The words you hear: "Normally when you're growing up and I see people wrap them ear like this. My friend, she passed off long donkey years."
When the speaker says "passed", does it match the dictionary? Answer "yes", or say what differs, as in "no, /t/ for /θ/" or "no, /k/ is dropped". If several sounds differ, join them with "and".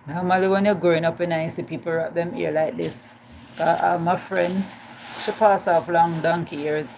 no, /t/ is dropped